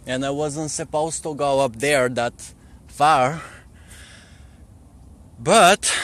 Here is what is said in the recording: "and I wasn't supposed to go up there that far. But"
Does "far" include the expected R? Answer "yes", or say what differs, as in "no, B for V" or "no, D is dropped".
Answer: yes